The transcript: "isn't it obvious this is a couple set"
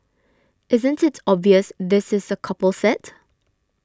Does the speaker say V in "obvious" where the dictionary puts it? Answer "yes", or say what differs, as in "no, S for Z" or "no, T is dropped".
yes